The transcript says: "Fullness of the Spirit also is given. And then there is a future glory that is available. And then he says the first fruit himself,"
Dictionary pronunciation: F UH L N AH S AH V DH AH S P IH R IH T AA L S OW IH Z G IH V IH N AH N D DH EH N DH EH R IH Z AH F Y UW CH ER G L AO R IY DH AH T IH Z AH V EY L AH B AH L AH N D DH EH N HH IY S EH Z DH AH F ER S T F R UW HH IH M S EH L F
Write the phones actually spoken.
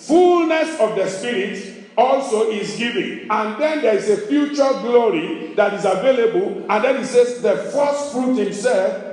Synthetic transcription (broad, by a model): F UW L N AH S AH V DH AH S P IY R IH T AA L S OW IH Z G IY V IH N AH N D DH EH N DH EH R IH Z AH F Y UW CH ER G L AO R IY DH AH T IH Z AH V EY L AH B AH L AH N D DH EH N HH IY S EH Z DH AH F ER S T F R UW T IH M S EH L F